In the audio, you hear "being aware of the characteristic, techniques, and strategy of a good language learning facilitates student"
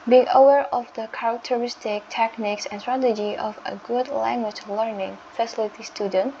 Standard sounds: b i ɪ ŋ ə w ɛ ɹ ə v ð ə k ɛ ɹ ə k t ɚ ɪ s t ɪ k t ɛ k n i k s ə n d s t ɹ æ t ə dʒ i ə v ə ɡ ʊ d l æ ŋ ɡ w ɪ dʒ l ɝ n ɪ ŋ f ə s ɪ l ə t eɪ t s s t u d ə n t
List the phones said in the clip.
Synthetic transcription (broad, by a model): b i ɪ ŋ ə w ɛ ɹ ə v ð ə k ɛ ɹ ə k t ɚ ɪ s t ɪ k t ɛ k n i k s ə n s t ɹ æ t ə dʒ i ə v ə ɡ ʊ d l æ ŋ ɡ w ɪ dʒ l ɝ n ɪ ŋ f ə s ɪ l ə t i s s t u d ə n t